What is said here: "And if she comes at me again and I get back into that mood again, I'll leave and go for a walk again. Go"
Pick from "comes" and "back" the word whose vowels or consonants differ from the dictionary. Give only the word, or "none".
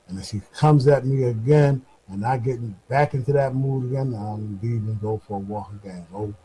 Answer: none